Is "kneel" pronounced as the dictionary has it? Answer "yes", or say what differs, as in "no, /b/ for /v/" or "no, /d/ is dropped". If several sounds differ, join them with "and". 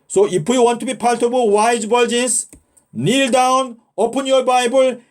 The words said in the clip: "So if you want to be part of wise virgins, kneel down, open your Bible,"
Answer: yes